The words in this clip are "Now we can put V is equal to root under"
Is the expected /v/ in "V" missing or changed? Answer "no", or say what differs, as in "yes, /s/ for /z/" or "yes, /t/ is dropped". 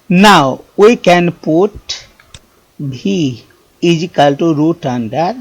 yes, /b/ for /v/